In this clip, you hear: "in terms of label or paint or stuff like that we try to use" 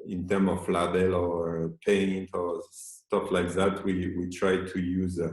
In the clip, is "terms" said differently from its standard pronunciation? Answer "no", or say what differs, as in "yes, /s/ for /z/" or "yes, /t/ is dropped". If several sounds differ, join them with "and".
yes, /z/ is dropped